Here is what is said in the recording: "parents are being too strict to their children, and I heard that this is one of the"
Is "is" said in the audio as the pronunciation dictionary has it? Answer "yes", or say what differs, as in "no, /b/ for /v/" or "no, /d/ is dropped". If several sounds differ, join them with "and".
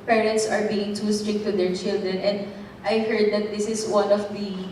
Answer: no, /s/ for /z/